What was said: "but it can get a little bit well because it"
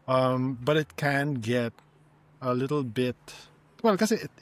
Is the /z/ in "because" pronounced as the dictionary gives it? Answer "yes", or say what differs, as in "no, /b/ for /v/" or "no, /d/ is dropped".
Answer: no, /z/ is dropped